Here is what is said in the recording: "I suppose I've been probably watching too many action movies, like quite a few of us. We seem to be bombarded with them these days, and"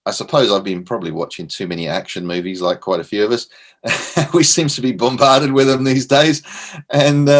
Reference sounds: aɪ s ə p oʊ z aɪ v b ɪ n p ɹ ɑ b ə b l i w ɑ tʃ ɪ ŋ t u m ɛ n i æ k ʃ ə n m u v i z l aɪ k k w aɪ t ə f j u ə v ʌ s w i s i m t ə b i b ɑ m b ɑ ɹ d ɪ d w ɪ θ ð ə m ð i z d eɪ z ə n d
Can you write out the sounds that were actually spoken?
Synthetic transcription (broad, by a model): aɪ s ə p oʊ z aɪ v b ɪ n p ɹ ɑ b ə b l i w ɑ tʃ ɪ ŋ t u m ɛ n i æ k ʃ ə n m u v i z l aɪ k k w aɪ t ə f j u ə v ʌ s w i s i m t ə b i b ɑ m b ɑ ɹ d ɪ d w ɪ ð ə m ð i z d eɪ z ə n